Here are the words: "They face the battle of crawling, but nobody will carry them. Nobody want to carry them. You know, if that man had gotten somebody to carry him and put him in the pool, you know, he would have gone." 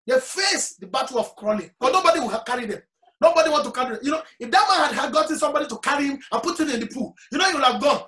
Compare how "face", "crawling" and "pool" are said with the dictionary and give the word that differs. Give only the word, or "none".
none